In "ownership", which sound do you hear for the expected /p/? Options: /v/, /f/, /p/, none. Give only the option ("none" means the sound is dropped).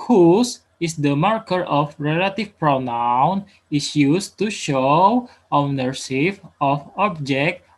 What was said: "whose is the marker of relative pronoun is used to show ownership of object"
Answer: /f/